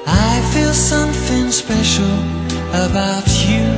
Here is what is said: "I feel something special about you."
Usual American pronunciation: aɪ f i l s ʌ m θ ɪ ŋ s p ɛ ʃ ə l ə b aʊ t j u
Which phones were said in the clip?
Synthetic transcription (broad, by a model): aɪ f i l s ʌ m θ ɪ ŋ s p ɛ ʃ l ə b aʊ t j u